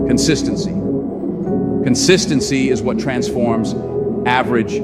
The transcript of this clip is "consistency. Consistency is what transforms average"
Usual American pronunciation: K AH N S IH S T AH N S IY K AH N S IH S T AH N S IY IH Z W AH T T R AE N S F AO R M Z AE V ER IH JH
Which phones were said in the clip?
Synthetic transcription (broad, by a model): K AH N S IH S T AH N S IY K AH N S IH S T AH N S IY IH Z W AH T T R AE N S F AO R M Z AE V ER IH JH